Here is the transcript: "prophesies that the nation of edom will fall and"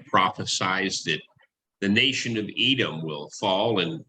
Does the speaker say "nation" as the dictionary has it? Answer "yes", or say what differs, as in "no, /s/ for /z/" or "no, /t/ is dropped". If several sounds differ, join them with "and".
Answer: yes